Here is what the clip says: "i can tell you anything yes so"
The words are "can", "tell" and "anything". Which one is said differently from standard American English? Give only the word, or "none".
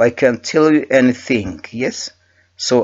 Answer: none